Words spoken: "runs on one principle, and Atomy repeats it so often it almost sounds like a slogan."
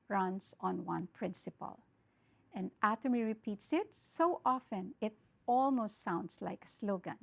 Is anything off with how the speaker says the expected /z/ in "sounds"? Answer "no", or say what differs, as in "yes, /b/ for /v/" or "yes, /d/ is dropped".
yes, /s/ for /z/